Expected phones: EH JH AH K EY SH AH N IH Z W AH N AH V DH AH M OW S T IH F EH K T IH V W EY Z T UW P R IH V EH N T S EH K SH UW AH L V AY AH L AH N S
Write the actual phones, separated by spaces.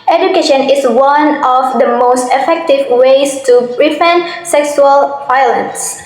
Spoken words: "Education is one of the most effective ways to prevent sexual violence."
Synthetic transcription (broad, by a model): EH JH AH K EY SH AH N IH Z W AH N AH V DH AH M OW S T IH F EH K T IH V W EY S T UW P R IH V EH N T S EH K S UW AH L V AY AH L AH N S